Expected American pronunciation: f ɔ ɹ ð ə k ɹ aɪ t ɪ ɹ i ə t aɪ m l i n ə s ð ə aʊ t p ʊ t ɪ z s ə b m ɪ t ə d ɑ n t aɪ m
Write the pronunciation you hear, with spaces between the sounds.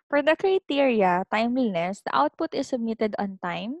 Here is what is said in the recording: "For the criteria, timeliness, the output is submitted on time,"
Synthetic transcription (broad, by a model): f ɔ ɹ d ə k ɹ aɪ t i ɹ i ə t aɪ m w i n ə s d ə aʊ t p ʊ t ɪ s ə b m ɪ t ə d ɑ n t aɪ m